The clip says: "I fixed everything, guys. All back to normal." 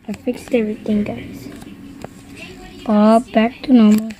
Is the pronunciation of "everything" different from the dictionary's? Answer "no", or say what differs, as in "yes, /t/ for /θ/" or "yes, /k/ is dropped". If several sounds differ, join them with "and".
yes, /t/ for /θ/